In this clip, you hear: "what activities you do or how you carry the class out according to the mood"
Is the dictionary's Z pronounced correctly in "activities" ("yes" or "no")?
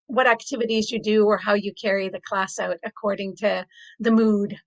yes